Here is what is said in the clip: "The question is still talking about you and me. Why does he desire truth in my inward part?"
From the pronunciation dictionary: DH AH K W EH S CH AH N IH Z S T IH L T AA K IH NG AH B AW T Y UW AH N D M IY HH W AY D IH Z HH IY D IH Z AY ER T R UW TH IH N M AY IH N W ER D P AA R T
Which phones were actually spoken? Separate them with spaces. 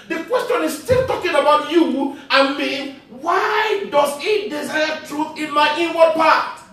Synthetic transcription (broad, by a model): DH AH K W EH S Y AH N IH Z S T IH L T AA K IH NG AH B AW T Y UW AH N M IY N W AY D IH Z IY D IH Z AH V T R UW TH IH N M AY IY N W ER P AA T